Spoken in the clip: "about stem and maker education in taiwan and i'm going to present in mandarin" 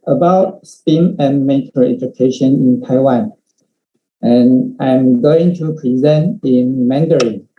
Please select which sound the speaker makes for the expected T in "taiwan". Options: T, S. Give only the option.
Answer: T